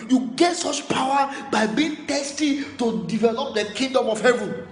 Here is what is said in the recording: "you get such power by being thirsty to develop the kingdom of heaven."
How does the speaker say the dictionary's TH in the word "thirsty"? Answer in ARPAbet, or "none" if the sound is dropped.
T